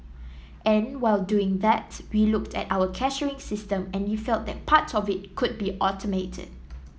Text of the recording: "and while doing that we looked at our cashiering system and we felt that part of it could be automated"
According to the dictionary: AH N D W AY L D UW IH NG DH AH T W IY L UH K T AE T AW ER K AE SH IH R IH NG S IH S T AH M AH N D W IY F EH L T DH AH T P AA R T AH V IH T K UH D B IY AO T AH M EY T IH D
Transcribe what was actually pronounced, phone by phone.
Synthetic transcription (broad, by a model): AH N W AY L D UW IH NG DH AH T W IY L UH K T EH T AW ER K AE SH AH R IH NG S IH S T AH M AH N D W IY F EH L T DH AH T P AA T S AH V IH T K UH D B IY AO T AH M EY T IH D